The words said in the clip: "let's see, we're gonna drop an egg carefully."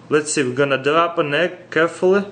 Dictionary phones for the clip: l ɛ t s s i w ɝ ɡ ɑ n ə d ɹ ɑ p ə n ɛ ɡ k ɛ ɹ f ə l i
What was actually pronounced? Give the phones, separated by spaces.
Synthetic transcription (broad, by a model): l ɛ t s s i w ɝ ɡ ɑ n ə d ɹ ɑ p ə n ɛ k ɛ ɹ f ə l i